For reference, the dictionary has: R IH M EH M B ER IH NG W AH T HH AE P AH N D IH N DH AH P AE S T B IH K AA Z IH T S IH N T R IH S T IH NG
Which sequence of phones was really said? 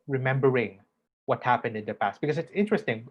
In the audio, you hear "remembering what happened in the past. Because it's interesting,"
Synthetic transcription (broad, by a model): R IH M EH M B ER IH NG W AH T HH AE P AH N D IH N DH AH P AE S T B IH K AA S IH T S IH N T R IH S T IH NG